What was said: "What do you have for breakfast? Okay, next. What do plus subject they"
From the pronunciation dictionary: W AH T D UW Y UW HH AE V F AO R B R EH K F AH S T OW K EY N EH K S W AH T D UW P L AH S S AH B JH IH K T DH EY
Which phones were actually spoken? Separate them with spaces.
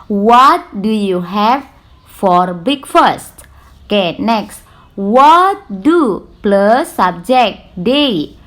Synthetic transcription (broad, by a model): W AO T D UW Y UW HH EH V F AO R B IY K F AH S T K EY N EH K S W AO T D UW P L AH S S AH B JH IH K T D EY